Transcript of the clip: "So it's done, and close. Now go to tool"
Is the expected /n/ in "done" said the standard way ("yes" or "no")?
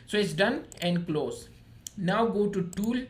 yes